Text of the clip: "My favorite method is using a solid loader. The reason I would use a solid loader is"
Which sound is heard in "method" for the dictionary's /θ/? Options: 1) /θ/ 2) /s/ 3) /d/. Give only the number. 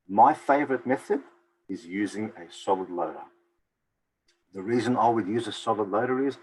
1